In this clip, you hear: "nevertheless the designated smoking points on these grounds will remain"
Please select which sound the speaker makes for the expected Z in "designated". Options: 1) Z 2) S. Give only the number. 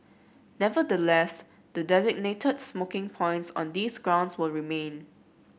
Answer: 1